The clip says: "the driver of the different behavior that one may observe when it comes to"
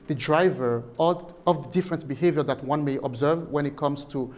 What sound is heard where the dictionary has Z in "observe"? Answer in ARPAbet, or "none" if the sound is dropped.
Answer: Z